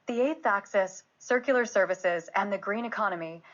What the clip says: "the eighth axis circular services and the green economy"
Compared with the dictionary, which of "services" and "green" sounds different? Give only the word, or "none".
none